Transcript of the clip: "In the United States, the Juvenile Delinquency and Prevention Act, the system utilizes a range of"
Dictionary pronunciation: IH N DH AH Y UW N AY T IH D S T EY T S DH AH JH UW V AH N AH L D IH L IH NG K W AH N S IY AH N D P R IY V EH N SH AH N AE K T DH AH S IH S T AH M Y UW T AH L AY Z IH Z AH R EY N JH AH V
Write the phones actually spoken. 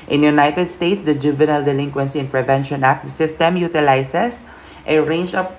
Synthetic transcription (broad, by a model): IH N Y UW N AY T IH D S T EY T S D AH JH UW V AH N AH L D IH L IH NG K W AH N S IY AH N P R IY V EH N SH AH N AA K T S IH S T AH M Y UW T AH L AY S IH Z AH R EY N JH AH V